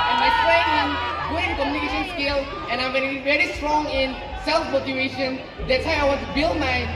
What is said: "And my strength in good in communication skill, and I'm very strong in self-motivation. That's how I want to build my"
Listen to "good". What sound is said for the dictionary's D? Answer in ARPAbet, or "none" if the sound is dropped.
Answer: none